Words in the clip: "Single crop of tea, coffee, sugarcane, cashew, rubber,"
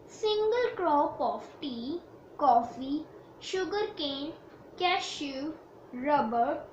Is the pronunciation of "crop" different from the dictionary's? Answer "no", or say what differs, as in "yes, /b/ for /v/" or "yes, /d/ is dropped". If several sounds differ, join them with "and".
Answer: no